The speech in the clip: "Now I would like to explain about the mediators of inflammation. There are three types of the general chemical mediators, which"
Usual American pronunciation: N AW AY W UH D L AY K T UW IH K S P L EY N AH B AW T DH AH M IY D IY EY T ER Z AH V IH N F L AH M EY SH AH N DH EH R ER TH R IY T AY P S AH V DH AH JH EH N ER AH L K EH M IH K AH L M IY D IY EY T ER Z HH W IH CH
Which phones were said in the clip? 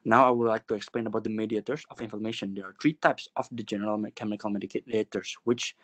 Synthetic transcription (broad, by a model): N AW AY W UH D L AY K T UW IH K S P L EY N AH B AW T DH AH M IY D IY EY T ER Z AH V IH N F AH M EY SH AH N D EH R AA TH R IY T AY P S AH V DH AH JH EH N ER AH L K EH M IH K AH L M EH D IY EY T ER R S W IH CH